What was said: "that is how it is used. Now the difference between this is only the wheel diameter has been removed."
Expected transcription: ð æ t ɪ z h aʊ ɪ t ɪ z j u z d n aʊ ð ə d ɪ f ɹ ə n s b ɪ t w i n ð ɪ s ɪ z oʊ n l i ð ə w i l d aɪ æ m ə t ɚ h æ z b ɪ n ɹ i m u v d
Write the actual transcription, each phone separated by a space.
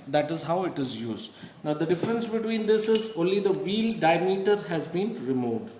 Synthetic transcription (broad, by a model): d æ t ɪ z h aʊ ɪ t ɪ z j u z d n aʊ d ə d ɪ f ɹ ə n s b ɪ t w i n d ɪ s ɪ z oʊ n l i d ə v i l d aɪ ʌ m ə t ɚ h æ z b ɪ n ɹ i m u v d